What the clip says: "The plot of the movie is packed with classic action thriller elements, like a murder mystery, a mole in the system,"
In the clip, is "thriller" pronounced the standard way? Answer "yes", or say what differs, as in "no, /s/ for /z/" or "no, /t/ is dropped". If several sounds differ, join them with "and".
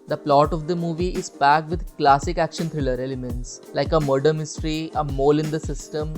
no, /t/ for /θ/